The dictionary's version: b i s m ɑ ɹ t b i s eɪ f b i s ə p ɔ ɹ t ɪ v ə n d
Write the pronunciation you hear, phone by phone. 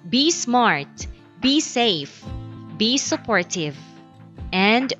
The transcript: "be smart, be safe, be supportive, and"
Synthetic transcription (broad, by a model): b i s m ɑ ɹ t b i s eɪ f b i s ə p ɔ ɹ t ɪ v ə n d